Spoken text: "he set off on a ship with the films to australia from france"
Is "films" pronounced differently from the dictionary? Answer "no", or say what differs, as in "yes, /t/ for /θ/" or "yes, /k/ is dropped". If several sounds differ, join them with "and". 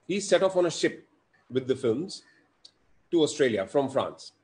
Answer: no